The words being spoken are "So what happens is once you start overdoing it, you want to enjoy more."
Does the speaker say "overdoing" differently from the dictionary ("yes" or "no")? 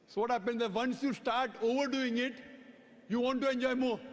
no